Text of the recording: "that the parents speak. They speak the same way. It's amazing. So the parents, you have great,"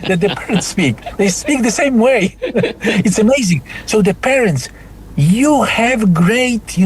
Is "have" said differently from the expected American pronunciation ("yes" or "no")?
no